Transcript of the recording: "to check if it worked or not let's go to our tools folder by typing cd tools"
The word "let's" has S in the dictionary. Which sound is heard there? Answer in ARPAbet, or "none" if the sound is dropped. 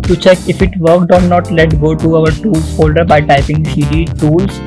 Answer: none